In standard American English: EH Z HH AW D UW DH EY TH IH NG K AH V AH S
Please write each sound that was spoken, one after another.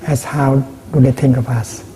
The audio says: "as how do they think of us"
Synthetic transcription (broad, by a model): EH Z HH AW D UW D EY T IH NG K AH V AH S